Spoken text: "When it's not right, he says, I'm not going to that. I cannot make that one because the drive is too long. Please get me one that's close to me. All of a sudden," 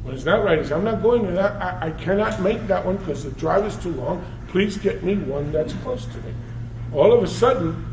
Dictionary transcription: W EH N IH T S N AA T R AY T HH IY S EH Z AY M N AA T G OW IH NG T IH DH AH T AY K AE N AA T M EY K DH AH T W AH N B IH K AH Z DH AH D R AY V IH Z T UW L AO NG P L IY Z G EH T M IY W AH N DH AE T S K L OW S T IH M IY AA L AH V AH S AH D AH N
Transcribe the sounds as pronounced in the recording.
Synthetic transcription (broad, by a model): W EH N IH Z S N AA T R AY T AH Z AY M N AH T G OW IH NG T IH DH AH T AY K AE N AA T M EY K DH AH T W AH N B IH K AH Z DH AH D R AY V IH Z T UW L AO NG P L IY Z G EH T M IY W AH N DH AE T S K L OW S T IH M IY AA L AH V AH S AH D N